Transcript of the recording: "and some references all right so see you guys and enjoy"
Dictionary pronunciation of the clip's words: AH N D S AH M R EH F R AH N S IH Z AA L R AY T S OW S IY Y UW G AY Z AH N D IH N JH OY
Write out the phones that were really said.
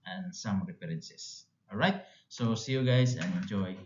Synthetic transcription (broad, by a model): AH N S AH M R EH P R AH N S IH S AA L R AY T S OW S IY Y UW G AY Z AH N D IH N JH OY